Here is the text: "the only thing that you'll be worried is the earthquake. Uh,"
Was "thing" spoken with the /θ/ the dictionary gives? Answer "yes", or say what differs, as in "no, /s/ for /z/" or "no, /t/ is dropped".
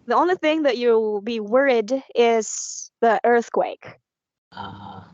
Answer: yes